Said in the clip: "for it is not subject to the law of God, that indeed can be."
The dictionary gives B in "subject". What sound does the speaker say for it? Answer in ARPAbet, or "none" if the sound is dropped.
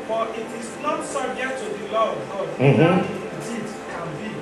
none